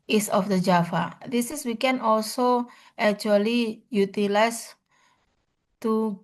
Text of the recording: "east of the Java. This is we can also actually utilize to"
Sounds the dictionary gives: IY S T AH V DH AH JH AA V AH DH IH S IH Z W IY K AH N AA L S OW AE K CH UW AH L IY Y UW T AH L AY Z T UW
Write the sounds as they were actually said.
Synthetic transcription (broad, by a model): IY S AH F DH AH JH AA F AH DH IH S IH S W IY K AH N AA L S OW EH K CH UW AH L IY Y UW T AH L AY S T UW